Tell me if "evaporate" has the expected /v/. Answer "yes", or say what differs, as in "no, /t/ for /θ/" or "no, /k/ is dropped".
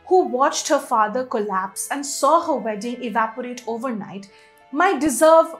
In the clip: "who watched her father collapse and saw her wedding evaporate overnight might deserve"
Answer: yes